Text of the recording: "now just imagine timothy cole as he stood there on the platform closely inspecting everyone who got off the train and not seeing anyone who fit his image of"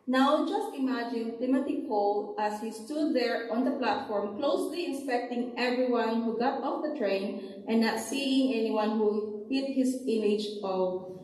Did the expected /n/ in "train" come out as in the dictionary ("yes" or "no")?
no